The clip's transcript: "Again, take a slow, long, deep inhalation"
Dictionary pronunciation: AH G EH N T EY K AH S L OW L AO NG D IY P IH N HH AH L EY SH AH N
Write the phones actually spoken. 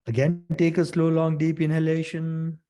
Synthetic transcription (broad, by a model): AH G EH N T EY K AH S L OW L AO NG D IY P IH N HH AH L EY SH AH N